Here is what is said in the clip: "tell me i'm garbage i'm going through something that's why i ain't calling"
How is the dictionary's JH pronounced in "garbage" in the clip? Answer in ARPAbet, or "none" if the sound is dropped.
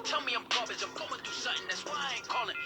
none